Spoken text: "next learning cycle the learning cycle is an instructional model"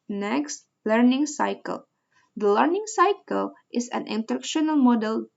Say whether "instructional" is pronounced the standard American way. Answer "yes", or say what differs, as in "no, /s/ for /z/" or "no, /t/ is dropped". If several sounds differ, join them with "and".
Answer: no, /s/ is dropped